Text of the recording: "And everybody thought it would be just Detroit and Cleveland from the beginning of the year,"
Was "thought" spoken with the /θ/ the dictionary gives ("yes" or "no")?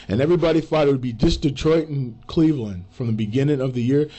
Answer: no